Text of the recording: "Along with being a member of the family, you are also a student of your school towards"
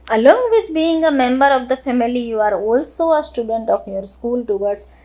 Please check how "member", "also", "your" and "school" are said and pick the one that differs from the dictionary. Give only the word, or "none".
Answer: none